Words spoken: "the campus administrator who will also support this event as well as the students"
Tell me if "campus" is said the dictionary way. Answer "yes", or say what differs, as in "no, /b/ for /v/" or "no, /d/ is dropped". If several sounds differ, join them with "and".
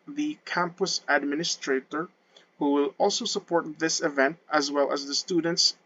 yes